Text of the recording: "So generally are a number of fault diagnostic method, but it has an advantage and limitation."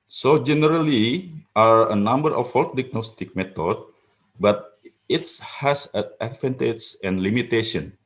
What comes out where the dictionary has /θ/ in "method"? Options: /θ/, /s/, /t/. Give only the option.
/t/